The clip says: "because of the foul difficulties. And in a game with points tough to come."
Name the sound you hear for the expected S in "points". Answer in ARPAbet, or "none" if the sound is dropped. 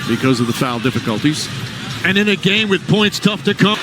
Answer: S